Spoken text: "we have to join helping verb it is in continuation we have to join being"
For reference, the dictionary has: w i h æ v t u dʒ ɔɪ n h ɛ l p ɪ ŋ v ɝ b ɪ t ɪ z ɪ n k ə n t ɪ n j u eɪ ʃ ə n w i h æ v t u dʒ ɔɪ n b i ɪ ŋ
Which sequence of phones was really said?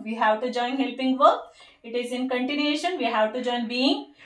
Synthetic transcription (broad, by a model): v i h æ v t u dʒ ɔɪ n h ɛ l p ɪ ŋ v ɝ ɪ t ɪ z ɪ n k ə n t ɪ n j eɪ ʃ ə n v i h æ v t u dʒ ɔɪ n b i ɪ ŋ